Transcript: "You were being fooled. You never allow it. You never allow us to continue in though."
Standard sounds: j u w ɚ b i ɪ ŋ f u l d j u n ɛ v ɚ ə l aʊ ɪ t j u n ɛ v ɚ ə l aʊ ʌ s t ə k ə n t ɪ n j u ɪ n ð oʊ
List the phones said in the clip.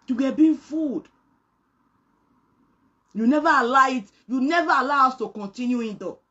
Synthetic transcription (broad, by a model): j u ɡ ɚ b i f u d j u n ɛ v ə l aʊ ɪ t j u n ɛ v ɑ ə l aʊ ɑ s t ə k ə n t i n j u ɪ n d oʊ